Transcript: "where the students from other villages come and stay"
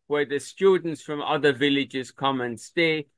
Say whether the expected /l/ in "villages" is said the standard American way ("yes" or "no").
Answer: yes